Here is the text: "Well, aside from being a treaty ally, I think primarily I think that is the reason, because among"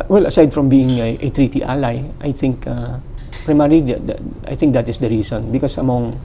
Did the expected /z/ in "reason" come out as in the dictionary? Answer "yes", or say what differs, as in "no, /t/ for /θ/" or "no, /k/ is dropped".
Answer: no, /s/ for /z/